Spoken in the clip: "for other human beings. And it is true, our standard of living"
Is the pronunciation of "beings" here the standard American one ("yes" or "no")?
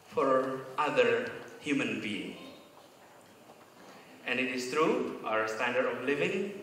no